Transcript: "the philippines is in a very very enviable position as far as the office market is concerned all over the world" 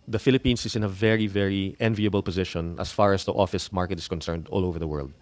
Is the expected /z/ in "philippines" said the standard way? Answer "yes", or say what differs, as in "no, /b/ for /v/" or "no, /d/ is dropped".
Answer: no, /s/ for /z/